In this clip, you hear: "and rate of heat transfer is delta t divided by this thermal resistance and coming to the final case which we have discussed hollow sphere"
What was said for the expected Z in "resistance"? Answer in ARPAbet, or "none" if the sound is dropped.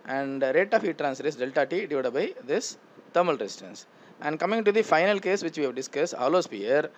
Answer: S